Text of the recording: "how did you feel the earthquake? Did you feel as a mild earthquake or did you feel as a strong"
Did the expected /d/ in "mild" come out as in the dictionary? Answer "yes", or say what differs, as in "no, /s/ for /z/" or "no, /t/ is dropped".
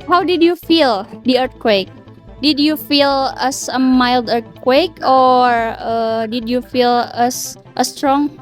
yes